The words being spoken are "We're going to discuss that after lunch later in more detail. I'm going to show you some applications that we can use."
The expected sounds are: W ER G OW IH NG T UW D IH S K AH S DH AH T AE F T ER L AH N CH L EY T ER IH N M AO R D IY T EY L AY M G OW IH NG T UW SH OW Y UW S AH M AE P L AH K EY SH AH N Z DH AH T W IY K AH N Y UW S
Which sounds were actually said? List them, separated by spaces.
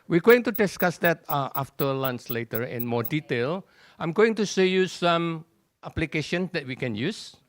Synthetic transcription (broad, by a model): W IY G OW IH NG T UW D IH S K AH S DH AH T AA F T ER L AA N S L EY T ER IH N M AO D IY T EY L AY M G OW IH NG T UW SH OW Y UW S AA M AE P L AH K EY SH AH N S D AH T W IY K AH N Y UW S